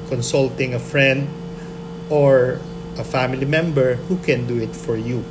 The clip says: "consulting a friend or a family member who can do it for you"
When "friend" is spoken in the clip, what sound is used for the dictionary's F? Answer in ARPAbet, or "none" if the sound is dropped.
F